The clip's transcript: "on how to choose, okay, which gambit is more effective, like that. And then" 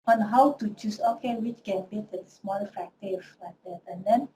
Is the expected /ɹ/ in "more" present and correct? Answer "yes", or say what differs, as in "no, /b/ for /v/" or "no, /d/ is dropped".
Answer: no, /l/ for /ɹ/